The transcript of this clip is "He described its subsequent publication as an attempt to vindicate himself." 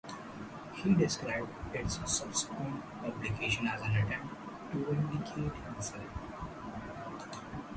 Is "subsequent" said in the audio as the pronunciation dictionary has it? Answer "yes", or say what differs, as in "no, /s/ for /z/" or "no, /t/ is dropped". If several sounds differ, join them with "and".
no, /b/ is dropped